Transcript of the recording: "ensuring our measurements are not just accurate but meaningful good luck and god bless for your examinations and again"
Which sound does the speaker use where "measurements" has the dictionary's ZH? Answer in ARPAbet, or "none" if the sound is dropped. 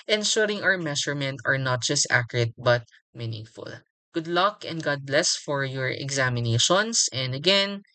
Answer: SH